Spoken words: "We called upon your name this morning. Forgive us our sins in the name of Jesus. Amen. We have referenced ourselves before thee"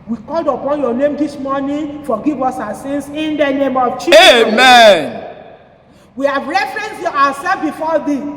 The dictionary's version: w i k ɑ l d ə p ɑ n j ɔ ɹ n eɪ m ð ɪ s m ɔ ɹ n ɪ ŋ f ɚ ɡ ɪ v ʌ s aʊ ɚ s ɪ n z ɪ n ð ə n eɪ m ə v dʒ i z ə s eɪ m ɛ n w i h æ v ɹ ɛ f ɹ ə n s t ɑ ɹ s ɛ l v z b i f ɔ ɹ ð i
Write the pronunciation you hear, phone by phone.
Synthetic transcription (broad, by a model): w i k ɑ l d ə p ɑ n j ɔ n eɪ m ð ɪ s m ɔ n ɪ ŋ f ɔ ɡ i v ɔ s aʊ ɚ s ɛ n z ɪ n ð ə n eɪ m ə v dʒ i eɪ m ɛ n w i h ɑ v ɹ ɛ f ɹ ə n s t ɑ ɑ s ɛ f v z b i f ɔ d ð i